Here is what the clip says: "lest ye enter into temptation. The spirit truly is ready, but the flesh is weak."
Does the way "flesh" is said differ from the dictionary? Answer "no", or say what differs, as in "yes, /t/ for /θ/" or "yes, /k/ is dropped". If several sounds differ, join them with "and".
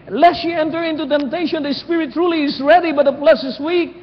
yes, /p/ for /f/ and /s/ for /ʃ/